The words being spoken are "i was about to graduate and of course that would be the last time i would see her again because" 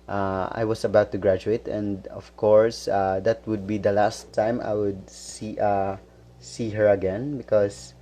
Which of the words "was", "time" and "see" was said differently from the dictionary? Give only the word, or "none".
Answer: was